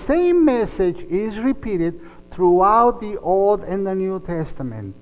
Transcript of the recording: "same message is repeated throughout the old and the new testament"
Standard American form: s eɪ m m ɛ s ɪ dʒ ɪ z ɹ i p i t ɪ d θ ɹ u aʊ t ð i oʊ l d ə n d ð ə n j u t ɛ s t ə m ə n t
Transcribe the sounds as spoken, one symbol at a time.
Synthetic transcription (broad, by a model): s eɪ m m ɛ s ɪ dʒ ɪ z ɹ i p i t ɪ d θ ɹ u aʊ t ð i oʊ l d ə n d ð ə n j u t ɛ s t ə m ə n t